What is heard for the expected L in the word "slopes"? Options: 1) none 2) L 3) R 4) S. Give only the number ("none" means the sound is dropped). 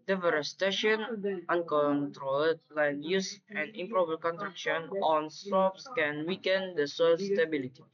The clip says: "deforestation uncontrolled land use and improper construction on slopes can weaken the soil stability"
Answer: 1